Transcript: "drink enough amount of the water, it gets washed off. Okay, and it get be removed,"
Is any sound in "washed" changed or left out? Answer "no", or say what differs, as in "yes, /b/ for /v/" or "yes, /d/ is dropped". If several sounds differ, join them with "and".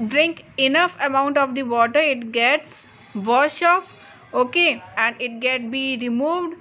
yes, /t/ is dropped